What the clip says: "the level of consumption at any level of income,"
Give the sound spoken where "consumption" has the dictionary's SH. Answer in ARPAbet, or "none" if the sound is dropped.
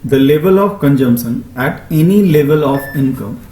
S